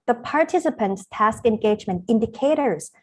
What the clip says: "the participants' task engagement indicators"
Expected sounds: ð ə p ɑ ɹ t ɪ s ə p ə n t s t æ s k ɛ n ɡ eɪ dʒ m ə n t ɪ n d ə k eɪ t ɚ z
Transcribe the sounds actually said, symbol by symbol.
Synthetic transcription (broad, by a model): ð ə p ɑ ɹ t ɪ s ə p ə n t s t æ s k ɛ n ɡ eɪ dʒ m ə n t ɪ n d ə k eɪ t ɚ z